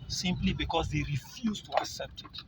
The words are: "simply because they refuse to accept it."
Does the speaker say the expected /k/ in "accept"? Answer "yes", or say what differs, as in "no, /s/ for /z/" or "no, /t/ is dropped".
yes